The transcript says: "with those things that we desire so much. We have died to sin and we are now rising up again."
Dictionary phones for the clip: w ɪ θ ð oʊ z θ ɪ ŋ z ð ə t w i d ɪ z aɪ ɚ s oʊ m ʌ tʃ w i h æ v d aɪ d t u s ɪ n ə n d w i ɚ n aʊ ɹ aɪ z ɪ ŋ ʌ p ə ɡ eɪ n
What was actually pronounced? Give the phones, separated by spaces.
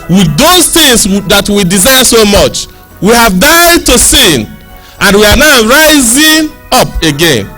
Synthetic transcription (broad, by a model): w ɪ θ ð oʊ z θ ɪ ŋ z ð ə t w i d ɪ z aɪ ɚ s oʊ m ʌ tʃ w i h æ v d aɪ d t u s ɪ n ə n w i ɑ n aʊ ɹ aɪ z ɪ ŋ ʌ p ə ɡ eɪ n